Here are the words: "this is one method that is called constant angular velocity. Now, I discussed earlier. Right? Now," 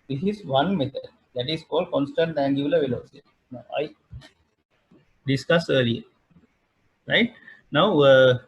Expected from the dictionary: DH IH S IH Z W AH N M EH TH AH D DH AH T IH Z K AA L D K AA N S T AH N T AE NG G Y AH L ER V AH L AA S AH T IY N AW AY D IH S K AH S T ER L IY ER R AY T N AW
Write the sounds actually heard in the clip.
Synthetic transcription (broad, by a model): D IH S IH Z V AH N M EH T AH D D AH T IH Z K AA L D K AA N S T AH N T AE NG G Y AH L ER V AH L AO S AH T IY N AW AY D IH S K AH S ER L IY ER R AY T N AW